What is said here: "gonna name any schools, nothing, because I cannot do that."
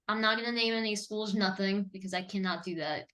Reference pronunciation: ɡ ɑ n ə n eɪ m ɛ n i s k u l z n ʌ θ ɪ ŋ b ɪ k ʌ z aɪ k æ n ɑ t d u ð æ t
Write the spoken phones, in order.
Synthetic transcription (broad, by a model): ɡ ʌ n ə n eɪ m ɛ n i s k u l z n ʌ θ ɪ ŋ b ɪ k ʌ z aɪ k æ n ɑ t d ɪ ð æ t